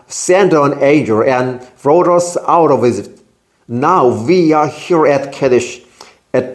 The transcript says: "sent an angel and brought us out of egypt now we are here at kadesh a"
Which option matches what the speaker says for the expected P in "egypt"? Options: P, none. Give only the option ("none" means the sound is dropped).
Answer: none